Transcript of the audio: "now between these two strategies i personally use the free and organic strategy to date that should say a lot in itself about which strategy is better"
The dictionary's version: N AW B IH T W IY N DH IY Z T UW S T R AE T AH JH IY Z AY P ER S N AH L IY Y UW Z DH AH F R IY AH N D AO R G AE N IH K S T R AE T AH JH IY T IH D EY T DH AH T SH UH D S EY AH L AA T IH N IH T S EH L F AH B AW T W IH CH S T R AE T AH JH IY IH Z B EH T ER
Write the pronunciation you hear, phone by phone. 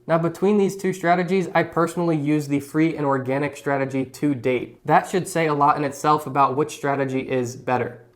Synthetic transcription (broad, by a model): N AW B IH T W IY N DH IY Z T UW S T R AE T AH JH IY Z AY P ER S N L IY Y UW Z DH AH F R IY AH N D AO R G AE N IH K S T R AE T AH JH IY T IH D EY T DH AH T SH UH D S EY AH L AA T IH N IH T S EH L F AH B AW T W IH CH S T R AE T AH JH IY IH Z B EH T ER